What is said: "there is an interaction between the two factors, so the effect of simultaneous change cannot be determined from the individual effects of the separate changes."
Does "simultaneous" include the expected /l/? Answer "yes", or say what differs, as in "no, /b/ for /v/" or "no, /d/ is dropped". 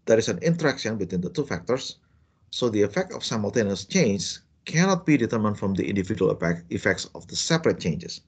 yes